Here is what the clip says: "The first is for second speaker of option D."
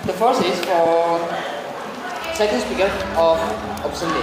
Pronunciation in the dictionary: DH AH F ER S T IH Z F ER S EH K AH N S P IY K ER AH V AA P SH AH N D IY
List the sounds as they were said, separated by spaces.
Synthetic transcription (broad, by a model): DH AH F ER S IH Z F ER S EH K AH N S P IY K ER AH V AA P S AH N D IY